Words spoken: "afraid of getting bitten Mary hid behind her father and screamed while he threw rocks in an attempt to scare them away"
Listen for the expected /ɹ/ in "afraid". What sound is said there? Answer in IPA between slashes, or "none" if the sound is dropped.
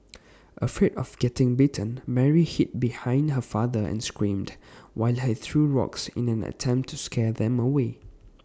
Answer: none